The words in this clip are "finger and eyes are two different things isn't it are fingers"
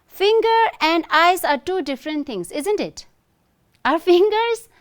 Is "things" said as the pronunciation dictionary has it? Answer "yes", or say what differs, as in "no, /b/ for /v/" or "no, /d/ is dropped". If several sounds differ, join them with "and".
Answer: no, /t/ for /θ/